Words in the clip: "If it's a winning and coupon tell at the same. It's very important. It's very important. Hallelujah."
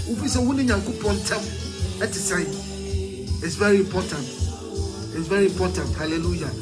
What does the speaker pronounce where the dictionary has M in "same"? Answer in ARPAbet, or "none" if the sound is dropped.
none